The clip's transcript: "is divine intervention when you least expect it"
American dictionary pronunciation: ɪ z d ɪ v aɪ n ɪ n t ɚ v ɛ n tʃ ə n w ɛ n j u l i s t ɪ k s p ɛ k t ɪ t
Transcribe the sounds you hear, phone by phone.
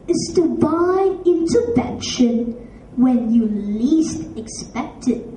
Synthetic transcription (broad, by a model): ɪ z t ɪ b aɪ ɪ n t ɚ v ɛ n ʃ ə n w ɛ n j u l i s t ɪ k s p ɛ k t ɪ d